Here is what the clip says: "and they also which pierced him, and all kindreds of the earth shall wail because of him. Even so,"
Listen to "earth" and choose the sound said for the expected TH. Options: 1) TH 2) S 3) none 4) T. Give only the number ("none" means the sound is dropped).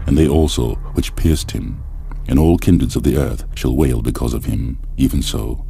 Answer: 1